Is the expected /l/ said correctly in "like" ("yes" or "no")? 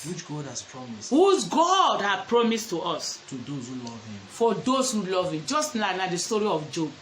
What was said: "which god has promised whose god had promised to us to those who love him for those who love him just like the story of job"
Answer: no